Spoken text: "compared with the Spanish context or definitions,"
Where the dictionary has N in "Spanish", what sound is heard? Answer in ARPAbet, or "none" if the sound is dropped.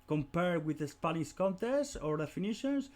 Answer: L